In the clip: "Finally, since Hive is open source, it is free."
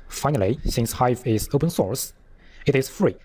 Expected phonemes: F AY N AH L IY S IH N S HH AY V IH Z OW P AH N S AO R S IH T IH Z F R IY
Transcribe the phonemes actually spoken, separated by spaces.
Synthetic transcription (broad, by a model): F AY N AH L IY S IH N S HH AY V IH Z OW P AH N S AO R S IH T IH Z F R IY